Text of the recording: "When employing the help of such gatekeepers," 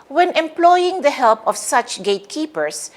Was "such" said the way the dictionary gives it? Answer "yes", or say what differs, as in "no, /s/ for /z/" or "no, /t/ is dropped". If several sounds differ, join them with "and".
yes